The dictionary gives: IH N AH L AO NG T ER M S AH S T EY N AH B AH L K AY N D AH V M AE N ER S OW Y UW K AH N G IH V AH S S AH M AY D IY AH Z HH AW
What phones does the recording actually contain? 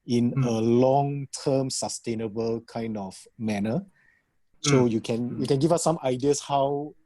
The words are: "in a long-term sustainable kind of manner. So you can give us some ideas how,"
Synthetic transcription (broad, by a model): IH N AH L AO NG T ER M S AH S T EY N AH B AH L K AY N D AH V M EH N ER S OW Y UW K AH N G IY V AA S S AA M AY D IY AH S HH AW